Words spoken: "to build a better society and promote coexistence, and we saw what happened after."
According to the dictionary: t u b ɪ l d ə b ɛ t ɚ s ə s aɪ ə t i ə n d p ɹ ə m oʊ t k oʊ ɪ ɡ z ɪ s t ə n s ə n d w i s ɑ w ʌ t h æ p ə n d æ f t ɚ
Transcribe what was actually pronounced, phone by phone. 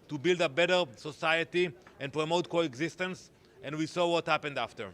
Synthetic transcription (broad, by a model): t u b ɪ l d ə b ɛ t ɚ s ə s aɪ ə t i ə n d p ɹ ə m oʊ t k oʊ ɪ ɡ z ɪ s t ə n s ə n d w i s ɑ w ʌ t h æ p ə n d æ f t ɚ